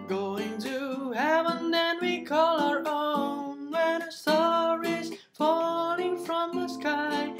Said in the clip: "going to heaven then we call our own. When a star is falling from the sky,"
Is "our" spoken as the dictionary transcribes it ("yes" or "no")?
yes